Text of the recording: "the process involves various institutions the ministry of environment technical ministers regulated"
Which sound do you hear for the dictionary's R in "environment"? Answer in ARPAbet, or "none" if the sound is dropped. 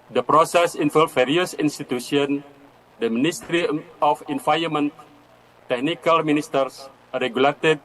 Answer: none